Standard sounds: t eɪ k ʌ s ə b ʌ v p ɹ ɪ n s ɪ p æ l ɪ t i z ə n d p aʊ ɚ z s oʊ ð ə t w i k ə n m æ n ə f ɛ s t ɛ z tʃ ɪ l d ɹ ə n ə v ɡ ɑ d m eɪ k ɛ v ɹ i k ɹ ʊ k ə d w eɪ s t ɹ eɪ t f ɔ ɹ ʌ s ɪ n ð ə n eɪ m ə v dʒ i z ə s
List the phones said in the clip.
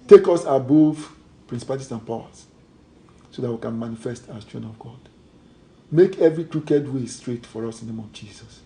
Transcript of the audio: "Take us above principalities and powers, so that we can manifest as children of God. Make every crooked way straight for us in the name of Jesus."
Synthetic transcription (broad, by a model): t eɪ k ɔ s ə b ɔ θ p ɹ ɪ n s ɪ p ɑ ɪ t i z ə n p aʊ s s oʊ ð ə t w i k ə n m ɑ n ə f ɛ s t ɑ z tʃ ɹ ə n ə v ɡ ɑ d m eɪ k ɛ v ɹ i k ɹ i k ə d w eɪ s t ɹ eɪ t f ɔ ɹ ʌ s ɪ n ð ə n eɪ m ə v dʒ i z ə s